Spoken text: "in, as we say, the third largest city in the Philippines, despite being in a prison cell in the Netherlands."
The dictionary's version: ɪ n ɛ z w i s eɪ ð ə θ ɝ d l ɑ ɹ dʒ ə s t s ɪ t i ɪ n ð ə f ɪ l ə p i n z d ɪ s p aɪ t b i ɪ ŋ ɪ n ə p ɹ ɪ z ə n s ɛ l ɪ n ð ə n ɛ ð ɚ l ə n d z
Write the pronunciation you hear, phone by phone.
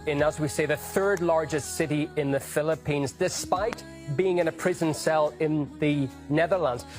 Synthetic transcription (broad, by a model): ɪ n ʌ z w i s eɪ ð ə θ ɝ d l ɑ ɹ dʒ ə s t s ɪ t i ɪ n ð ə f ɪ l ə p i n z d ɪ s p aɪ t b i ɪ ŋ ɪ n ə p ɹ ɪ z ə n s ɛ l ɪ n ð ə n ɛ ð ɚ l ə n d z